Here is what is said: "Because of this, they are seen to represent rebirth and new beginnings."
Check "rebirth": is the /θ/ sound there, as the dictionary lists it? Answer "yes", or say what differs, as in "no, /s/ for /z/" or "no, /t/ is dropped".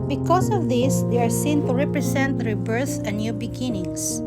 no, /s/ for /θ/